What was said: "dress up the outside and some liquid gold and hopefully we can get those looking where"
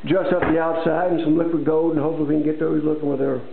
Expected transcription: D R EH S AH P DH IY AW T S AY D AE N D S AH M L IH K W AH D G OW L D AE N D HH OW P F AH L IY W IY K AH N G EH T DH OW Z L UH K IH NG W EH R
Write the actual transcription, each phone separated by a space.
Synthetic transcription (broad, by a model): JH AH S AH P DH IY AW T S AY D N S AH M L IH K W AH D G OW D N HH OW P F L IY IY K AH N G EH T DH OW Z L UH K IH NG W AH R